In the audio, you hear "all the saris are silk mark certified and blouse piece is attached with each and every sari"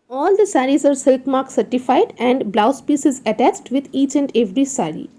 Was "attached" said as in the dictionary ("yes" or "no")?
yes